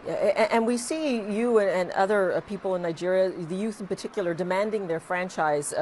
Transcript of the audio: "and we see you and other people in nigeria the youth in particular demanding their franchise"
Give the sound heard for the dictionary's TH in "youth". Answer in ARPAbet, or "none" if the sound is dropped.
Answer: TH